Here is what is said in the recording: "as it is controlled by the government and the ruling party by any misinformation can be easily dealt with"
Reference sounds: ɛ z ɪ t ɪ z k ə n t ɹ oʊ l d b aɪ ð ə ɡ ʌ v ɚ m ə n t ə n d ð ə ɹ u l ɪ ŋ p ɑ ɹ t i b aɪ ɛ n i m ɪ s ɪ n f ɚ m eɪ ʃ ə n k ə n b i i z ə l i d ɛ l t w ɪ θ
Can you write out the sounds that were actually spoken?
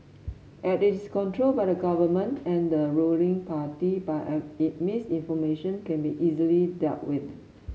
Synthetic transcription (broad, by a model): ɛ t ɪ t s k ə n t ɹ oʊ l b aɪ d ə ɡ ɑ v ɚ m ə n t ə n d ə ɹ u l ɪ ŋ p ɑ t i b aɪ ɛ i m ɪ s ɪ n f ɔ m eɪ ʃ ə n k ə n b i i z ə l i d ɛ l t w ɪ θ